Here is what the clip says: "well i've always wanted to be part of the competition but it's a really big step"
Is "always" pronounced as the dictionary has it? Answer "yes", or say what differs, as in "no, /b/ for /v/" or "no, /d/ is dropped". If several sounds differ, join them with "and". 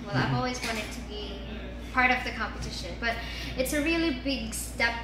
yes